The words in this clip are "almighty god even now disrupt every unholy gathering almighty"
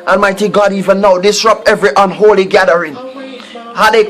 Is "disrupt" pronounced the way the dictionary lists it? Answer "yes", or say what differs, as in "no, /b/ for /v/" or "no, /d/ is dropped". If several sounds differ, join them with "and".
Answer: yes